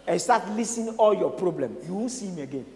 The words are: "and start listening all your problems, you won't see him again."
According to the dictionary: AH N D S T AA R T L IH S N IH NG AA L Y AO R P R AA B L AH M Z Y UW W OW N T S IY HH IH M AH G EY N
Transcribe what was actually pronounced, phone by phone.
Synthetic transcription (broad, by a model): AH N S T AA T L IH S IH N AA L Y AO P R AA B L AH M Y UW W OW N S IY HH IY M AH G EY N